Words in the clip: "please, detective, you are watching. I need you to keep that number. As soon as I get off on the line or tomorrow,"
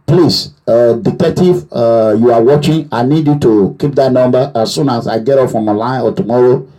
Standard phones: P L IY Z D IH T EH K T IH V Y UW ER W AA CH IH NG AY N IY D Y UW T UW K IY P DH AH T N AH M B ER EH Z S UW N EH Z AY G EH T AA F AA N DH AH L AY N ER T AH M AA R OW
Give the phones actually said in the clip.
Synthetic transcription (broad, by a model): P L IY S D IH T EH K T IH V Y UW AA W AA CH IH NG AY N IY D Y UW T UW K IY P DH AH T N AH M B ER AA S UW N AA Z AY G EH T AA F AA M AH L AY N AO T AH M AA R OW